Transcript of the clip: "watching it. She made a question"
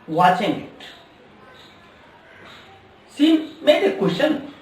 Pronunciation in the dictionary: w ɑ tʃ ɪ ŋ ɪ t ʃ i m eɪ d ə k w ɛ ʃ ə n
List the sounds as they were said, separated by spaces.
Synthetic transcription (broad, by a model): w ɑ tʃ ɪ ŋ ɪ t s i m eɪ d ə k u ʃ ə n